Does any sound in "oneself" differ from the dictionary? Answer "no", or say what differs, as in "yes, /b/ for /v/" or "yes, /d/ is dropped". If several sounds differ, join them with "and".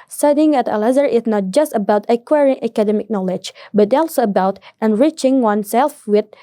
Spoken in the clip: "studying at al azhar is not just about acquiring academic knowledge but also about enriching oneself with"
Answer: no